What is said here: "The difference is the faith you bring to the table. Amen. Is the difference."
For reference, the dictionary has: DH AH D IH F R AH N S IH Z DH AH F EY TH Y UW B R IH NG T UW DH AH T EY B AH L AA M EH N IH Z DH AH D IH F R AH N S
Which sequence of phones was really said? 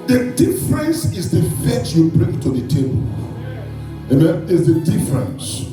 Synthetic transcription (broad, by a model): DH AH D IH F R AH N S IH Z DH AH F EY S Y UW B R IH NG T UW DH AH T EY B AH L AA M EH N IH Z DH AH D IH F R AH N S